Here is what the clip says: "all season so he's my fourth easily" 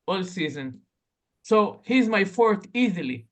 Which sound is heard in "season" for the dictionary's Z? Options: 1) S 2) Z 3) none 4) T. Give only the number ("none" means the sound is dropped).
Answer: 2